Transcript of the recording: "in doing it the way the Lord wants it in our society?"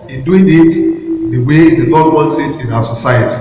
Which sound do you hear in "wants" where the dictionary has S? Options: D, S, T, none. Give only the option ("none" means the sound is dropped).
S